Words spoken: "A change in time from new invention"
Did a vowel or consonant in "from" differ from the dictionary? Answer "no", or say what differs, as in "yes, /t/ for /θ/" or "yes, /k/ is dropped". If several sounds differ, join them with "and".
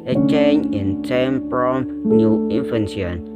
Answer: yes, /p/ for /f/